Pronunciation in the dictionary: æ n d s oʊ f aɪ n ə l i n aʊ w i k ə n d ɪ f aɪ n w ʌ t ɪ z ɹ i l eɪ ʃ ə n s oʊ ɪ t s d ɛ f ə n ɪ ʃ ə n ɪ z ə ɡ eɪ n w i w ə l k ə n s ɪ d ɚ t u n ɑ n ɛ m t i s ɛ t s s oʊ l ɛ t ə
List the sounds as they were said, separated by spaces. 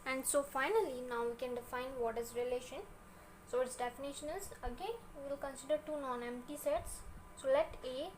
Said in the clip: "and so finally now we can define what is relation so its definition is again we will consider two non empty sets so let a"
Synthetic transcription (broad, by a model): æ n d s oʊ f aɪ n ə l i n aʊ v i k ə n d ɪ f aɪ n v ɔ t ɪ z ɹ i l eɪ ʃ ə n s oʊ ɪ t s d ɛ f ə n ɪ ʃ ə n ɪ z ə ɡ eɪ n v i l k ə n s ɪ d ɚ t u n ɑ n ɛ m t i s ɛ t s s oʊ l ɛ t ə